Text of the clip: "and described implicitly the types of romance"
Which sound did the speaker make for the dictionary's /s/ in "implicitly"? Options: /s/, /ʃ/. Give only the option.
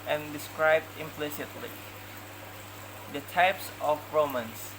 /s/